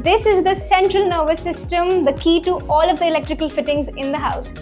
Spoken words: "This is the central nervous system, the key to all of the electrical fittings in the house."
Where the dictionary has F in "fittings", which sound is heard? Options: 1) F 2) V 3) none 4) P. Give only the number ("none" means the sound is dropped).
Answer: 1